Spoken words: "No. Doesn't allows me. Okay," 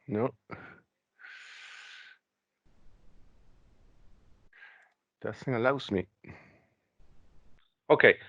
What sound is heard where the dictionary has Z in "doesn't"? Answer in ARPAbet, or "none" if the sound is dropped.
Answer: S